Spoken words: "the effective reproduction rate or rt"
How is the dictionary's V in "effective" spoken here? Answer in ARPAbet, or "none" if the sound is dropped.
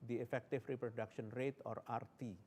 F